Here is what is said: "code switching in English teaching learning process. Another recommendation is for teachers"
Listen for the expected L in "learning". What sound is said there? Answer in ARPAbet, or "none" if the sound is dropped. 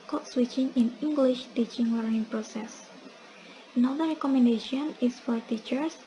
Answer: W